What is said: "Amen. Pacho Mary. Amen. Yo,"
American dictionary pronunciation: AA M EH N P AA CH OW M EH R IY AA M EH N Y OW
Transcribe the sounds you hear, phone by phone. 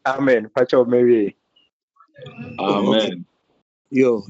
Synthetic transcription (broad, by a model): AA M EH N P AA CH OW M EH W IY AA M EH N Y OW